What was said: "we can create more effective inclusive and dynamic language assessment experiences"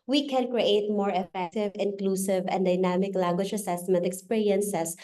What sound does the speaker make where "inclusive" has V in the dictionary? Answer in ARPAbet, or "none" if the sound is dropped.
V